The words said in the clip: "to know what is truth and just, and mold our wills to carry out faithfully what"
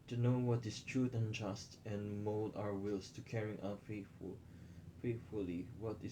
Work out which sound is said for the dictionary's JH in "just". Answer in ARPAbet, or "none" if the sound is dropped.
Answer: JH